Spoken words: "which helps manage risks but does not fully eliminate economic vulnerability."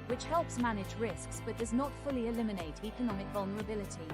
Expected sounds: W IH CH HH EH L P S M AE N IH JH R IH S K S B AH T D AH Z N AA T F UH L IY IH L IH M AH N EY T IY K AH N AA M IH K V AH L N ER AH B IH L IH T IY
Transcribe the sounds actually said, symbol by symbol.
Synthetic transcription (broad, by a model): W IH CH HH EH L P S M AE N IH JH R IH S K S B AH T D AH Z N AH T F UH L IY IH L IH M AH N EY T IY K AH N AA M IH K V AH L N ER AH B IH L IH T IY